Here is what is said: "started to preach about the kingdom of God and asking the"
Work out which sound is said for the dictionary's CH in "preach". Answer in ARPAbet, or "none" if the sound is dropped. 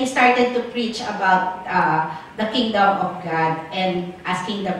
CH